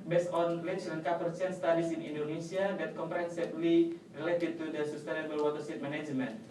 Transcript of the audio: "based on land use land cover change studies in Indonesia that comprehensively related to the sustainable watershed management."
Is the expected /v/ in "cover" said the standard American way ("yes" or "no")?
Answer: no